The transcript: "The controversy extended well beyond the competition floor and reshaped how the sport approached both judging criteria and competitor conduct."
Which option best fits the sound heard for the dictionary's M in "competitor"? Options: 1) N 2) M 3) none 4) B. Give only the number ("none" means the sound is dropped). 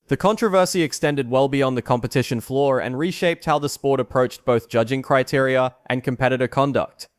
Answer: 2